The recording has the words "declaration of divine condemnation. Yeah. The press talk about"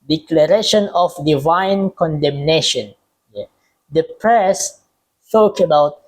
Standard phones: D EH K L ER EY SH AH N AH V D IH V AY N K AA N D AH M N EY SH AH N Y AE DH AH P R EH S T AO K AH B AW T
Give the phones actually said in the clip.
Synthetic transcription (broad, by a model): D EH K L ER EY SH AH N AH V D IH V AY N K AA N D AH M N EY SH AH N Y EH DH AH P R EH S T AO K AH B AW T